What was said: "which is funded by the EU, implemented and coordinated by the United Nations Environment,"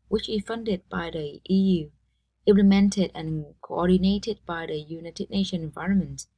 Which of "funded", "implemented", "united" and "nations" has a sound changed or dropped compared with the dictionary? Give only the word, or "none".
nations